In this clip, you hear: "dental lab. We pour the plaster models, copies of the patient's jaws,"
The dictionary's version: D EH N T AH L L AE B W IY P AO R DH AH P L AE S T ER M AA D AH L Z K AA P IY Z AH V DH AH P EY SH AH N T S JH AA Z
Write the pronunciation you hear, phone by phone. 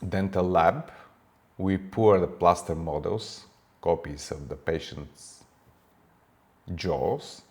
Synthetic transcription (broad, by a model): D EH N T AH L L AE B W IY P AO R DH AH P L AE S T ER M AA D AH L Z K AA P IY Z AH V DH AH P EY SH AH N T S JH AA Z